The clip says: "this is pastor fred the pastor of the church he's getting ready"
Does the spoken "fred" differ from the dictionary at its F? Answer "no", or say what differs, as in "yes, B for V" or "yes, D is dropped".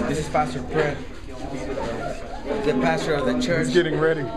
yes, P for F